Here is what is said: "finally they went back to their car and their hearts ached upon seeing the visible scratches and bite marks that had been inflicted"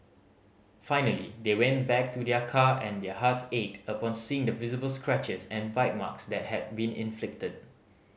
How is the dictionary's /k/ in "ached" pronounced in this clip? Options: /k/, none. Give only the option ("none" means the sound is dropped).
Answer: none